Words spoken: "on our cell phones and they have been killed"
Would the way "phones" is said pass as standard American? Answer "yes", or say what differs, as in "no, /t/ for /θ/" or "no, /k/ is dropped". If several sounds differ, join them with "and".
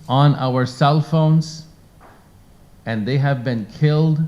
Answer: yes